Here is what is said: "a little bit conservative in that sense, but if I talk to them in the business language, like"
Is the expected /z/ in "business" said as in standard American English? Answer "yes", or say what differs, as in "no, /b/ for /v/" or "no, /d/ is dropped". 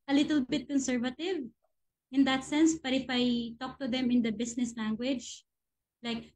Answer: no, /s/ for /z/